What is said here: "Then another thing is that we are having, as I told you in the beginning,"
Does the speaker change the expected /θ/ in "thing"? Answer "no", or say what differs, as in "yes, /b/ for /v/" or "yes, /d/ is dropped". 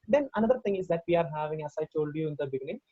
yes, /t/ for /θ/